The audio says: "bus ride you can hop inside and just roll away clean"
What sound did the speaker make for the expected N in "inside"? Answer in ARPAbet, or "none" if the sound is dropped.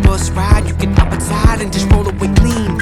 none